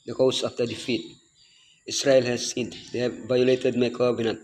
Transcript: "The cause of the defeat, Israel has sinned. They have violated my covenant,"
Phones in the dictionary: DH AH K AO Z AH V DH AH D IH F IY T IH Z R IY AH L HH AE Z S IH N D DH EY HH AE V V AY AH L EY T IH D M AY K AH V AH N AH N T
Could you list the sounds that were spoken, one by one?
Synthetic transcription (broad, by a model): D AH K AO S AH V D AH D IH F IY T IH S R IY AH L HH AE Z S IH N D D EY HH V V AY AH L EY T IH D M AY K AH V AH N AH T